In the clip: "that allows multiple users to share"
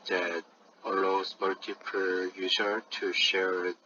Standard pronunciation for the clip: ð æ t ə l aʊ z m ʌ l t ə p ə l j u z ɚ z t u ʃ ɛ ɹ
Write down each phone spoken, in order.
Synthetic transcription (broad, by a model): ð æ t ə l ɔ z m ʌ l t ə p ə l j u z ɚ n t u ʃ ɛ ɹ